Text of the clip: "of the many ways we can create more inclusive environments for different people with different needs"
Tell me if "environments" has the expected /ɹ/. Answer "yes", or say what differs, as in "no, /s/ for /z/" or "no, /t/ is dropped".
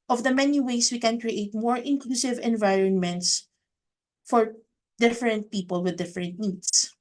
yes